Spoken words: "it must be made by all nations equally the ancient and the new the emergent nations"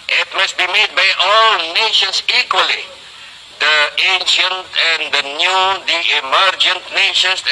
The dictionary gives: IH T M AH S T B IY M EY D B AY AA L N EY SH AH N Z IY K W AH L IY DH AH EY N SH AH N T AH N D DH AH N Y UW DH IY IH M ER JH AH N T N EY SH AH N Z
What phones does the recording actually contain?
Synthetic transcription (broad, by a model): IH T M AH S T B IY M EY D B AY AA L N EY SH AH N S IY K W AH L IY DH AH EY N SH AH N T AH N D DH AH N Y UW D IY IH M ER JH AH N T N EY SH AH N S